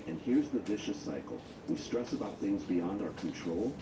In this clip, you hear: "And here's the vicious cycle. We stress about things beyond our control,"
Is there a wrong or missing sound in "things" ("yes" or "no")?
no